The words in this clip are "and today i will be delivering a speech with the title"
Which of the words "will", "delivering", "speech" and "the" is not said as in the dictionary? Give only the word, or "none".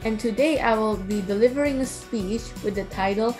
none